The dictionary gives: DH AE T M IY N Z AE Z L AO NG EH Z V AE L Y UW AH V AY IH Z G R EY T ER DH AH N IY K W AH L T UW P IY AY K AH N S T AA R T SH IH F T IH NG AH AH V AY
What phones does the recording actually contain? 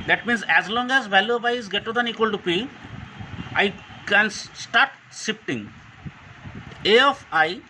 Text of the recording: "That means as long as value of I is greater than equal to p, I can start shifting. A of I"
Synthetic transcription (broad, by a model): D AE T M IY N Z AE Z L AO NG EH Z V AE L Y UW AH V AY IH Z G EY T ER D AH N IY K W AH L T UW P IY AY K AH N S T AA R T S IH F T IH NG AH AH F AY